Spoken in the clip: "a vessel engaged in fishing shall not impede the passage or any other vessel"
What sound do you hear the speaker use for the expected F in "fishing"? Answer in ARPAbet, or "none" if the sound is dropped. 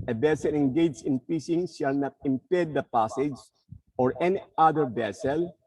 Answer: P